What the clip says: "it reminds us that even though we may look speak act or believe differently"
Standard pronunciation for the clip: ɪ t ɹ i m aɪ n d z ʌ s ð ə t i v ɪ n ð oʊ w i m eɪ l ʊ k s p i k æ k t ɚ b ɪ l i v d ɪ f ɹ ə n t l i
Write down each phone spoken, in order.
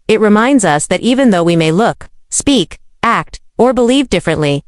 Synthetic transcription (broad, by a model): ɪ t ɹ i m aɪ n d z ʌ s ð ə t i v ɪ n ð oʊ w i m eɪ l ʊ k s p i k æ k t ɚ b ɪ l i v d ɪ f ɹ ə n t l i